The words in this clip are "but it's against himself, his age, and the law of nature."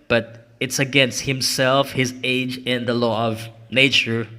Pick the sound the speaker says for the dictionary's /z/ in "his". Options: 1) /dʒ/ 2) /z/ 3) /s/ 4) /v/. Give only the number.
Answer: 2